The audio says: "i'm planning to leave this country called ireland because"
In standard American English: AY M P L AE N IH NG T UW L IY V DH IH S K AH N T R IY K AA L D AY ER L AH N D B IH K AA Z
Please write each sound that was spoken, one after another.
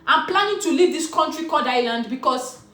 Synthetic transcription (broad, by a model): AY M P L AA N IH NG T UW L IY V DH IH S K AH N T R IY K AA D AY L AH N D B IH K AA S